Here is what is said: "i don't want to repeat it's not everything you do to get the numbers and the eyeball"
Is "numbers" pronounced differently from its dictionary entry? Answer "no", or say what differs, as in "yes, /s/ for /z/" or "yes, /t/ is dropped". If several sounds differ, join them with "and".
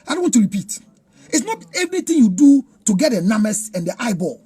yes, /b/ is dropped and /s/ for /z/